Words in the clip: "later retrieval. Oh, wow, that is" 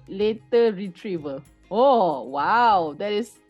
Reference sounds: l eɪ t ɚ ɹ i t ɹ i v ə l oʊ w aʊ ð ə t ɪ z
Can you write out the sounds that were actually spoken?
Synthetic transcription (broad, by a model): l eɪ t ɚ ɹ i t ɹ i v ə l oʊ w aʊ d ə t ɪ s